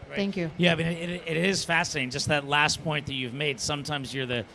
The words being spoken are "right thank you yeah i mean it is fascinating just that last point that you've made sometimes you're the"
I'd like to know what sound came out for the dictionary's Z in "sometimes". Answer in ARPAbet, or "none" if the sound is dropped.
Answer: Z